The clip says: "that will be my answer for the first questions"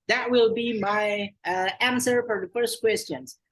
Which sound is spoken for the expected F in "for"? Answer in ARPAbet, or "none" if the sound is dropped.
F